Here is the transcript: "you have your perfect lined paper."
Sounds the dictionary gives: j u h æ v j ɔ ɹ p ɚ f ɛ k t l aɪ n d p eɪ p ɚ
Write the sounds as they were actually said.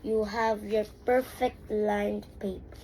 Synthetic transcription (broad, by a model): j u h æ v j ɔ ɹ p ɚ f ɛ k t l aɪ n d p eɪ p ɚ